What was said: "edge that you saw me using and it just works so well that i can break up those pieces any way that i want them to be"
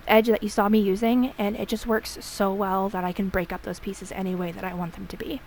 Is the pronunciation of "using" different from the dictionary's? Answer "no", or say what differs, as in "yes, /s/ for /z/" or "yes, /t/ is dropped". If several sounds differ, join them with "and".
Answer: no